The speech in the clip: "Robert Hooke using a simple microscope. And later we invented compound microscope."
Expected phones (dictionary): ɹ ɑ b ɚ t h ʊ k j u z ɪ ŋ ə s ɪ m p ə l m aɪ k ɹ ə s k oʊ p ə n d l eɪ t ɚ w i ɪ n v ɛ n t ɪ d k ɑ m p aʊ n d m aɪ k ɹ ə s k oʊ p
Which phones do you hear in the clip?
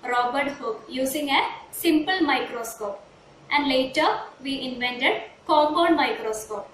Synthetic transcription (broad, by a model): ɹ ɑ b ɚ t h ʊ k j u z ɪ ŋ ə s ɪ m p ə l m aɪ k ɹ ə s k oʊ p ə n d l eɪ t ɚ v i ɪ n v ɛ n t ɪ d k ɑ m b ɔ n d m aɪ k ɹ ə s k oʊ p